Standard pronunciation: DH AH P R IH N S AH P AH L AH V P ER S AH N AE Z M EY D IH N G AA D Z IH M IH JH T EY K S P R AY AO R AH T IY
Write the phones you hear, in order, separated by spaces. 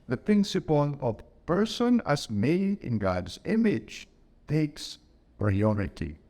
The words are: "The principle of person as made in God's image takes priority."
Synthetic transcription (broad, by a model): DH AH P IH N S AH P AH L AH V P ER S AH N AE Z M EY D IH N G AA D Z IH M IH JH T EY K S P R AY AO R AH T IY